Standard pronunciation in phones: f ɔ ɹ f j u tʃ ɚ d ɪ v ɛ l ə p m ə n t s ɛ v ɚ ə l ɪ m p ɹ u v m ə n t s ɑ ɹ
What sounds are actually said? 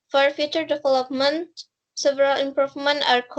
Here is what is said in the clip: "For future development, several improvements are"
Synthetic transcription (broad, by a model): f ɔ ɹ f j u tʃ ɚ d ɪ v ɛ l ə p m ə n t s ɛ v ɚ ə l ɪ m p ɹ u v m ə n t ɑ ɹ